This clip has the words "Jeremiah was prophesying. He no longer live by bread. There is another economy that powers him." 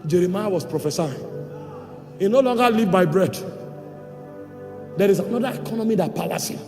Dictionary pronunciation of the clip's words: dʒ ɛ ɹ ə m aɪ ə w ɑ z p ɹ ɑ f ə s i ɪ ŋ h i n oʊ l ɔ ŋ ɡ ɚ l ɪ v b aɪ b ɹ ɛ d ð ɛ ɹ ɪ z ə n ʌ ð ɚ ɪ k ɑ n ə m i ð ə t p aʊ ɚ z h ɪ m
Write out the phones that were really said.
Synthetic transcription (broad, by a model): dʒ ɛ ɹ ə m aɪ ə w ɑ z p ɹ ɑ f ə s i ɪ ŋ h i n oʊ l ɔ ŋ ɡ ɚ l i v b aɪ b ɹ ɛ d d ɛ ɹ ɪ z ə n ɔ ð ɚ ɪ k ɑ n ə m i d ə t p aʊ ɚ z h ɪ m